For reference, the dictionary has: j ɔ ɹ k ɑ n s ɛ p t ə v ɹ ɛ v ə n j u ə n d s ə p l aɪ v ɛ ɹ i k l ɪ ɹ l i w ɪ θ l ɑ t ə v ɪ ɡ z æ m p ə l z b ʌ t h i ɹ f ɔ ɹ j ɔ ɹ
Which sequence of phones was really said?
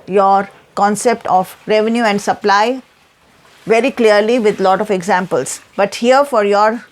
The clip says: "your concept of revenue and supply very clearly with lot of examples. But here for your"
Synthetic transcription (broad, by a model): j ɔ ɹ k ɑ n s ɛ p t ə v ɹ ɛ v ə n j u ə n d s ə p l aɪ v ɛ ɹ i k l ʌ ɹ l i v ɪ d l ɑ t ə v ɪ ɡ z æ m p ə l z b ʌ t h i ɹ f ɔ ɹ j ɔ ɹ